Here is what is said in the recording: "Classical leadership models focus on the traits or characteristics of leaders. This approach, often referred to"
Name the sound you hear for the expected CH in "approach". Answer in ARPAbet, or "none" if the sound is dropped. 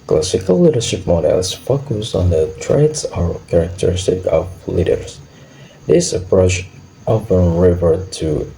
SH